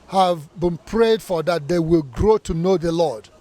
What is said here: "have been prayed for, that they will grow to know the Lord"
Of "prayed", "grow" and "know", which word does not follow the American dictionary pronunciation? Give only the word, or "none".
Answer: none